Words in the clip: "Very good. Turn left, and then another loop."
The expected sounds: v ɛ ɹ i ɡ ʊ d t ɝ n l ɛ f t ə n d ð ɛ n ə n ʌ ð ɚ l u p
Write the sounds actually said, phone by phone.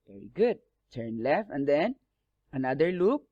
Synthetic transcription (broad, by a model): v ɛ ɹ i ɡ ʊ d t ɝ n l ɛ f ə n d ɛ n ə n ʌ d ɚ l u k